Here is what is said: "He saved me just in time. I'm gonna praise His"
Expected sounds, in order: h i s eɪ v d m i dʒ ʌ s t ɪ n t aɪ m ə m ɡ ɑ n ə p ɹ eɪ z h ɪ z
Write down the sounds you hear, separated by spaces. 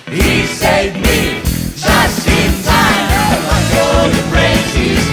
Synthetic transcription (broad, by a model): h i s eɪ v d m i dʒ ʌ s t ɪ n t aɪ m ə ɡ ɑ ə ɹ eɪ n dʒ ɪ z